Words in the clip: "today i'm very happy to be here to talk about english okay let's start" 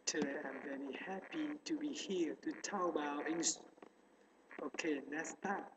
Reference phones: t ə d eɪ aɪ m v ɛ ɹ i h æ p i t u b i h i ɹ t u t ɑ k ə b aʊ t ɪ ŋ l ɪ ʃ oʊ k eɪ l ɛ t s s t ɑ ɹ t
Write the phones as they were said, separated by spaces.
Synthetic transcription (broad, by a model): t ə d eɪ aɪ m v ɛ ɹ i h æ p i t u b i h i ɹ t u t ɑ ə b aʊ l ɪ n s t oʊ k eɪ n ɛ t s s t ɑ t